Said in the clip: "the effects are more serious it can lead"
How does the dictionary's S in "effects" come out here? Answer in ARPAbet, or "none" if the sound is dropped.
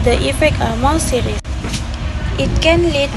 none